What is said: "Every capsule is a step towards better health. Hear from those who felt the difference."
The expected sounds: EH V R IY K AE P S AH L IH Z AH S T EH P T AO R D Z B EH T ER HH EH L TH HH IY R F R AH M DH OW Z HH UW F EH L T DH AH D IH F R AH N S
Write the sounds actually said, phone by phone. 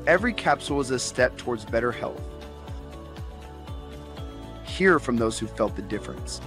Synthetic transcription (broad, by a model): EH V R IY K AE P S L IH Z AH S T EH P T AO R D Z B EH T ER HH EH L TH HH IY R F R AH M DH OW Z HH UW F EH L T DH AH D IH F R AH N S